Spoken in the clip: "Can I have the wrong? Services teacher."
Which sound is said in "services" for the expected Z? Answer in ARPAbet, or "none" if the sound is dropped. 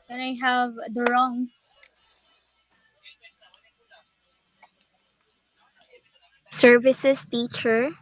S